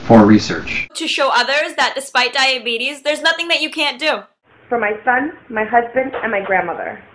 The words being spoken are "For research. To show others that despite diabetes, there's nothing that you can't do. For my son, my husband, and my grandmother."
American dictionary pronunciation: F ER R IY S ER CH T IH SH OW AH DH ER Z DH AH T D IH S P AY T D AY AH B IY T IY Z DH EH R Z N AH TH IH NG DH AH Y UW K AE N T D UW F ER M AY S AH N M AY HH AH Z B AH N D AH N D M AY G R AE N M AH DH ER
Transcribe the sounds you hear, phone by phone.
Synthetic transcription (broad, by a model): F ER R IY S ER CH T IH SH OW AH DH ER Z DH AH T D IH S P AY T D AY AH B IY T IY Z DH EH R Z N AH TH IH NG DH AH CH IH K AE N D UW F ER M AY S AH N M AY HH AH Z B AH N D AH N M AY G R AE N M AH DH ER